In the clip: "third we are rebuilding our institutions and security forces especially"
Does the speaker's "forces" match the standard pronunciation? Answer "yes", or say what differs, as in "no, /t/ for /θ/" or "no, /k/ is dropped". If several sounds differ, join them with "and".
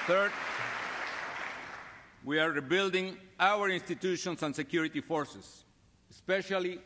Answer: no, /s/ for /z/